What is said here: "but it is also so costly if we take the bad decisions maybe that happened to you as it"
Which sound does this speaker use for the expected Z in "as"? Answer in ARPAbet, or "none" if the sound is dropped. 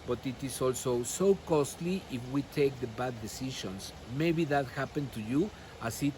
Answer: S